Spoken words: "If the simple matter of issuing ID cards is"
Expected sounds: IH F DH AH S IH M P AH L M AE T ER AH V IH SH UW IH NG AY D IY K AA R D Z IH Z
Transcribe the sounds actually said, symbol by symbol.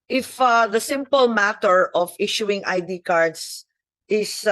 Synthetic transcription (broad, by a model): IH F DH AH S IH M P AH L M AE T ER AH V IH SH UW IH NG AY D IY K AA R D S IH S